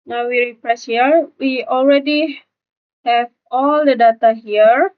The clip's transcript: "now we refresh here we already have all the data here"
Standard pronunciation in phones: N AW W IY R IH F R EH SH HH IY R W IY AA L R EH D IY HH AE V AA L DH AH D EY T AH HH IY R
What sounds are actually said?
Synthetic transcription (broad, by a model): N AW W IY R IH P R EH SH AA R W IY AA L R EH D IY HH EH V AA L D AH D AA T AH HH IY R